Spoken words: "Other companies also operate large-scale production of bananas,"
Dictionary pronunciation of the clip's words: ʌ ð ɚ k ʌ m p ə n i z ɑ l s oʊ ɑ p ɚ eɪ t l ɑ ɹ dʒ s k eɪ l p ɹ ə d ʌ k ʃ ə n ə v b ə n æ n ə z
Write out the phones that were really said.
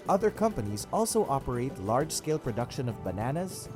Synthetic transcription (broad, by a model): ʌ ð ɚ k ʌ m p ə n i z ɑ l s oʊ ɑ p ɚ eɪ t l ɑ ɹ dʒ s k eɪ l p ɹ ə d ʌ k ʃ ə n ə v b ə n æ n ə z